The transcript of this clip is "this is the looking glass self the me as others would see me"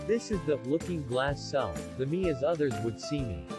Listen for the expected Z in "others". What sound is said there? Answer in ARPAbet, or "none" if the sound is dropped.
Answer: Z